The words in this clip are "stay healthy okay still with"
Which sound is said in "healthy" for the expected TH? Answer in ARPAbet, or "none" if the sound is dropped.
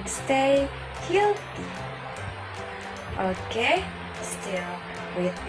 T